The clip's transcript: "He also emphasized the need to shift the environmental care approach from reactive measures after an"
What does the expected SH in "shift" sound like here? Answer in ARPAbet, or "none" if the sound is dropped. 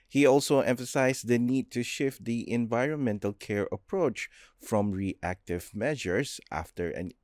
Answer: SH